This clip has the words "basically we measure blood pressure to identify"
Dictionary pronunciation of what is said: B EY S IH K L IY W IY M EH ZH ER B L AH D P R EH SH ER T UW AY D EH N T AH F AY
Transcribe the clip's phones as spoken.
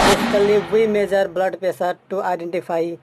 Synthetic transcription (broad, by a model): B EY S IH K L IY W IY M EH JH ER B L AH D P EH S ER T UW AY D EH N T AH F AY